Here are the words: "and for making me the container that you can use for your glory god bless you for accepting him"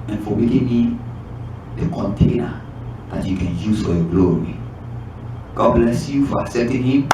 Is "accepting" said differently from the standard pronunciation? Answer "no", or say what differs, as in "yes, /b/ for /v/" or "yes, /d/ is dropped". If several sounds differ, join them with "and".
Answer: yes, /k/ is dropped and /p/ is dropped